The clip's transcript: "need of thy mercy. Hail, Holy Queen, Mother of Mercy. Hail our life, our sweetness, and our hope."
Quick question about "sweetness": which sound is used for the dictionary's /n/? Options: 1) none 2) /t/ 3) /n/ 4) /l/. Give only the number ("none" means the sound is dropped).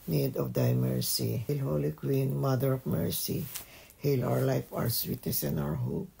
1